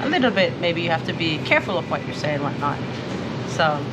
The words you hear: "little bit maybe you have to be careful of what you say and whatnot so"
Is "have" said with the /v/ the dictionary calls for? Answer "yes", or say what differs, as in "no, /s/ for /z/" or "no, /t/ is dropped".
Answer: no, /f/ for /v/